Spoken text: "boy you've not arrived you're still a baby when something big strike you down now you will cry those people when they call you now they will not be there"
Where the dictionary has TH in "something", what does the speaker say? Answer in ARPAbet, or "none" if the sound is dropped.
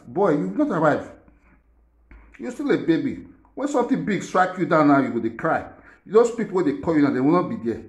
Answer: T